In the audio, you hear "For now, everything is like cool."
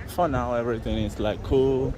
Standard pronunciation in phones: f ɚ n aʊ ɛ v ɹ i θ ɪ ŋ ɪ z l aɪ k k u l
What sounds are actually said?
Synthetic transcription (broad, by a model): f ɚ n aʊ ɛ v ɹ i t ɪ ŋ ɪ s l aɪ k k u l